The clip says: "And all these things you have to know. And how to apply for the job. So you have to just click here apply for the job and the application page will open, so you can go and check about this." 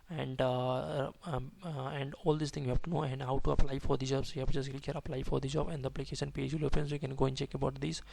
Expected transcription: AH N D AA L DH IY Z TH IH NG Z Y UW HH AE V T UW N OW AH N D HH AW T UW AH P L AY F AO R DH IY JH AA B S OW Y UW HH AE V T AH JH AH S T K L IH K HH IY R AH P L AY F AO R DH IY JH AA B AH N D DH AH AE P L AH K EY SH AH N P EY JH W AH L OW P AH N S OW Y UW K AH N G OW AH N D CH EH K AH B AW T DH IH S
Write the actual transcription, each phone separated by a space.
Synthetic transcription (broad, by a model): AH N D AA L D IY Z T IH NG Y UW HH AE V T UW N OW AH N D HH AW T UW AH P L AY F AO R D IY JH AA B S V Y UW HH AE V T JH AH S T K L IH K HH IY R AH P L AY F AO R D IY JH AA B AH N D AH AE P L AH K EY SH AH N P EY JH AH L OW P AH N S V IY K AH N G OW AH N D CH EH K AH B AW T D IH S